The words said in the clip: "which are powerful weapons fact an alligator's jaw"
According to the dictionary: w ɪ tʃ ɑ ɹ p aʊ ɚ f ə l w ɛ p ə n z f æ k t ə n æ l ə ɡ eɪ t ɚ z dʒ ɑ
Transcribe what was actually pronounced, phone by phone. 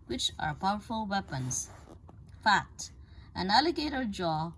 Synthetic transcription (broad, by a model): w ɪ tʃ ɑ ɹ p aʊ ɚ f ə l w ɛ p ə n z f æ k t ə n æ l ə ɡ eɪ t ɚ dʒ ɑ